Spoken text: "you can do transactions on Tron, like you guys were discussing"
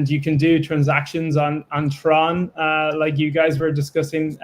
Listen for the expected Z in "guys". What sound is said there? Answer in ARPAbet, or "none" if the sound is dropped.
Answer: Z